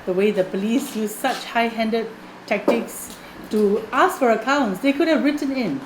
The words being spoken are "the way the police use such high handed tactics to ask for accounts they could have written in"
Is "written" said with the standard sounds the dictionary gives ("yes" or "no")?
yes